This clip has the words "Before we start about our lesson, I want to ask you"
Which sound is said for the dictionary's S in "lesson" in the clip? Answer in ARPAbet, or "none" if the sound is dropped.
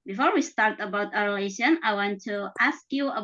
SH